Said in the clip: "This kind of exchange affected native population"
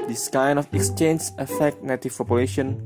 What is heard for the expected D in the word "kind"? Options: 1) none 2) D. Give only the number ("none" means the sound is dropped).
1